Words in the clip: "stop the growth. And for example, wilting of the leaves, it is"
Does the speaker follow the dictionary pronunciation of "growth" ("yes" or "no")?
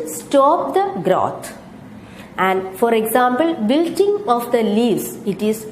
no